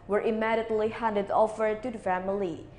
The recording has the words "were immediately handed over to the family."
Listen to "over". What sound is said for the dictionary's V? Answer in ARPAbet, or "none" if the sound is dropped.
F